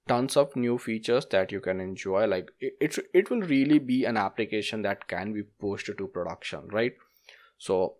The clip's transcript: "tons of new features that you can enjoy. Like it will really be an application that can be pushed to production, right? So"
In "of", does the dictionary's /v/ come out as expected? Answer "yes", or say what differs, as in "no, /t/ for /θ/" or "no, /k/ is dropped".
no, /p/ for /v/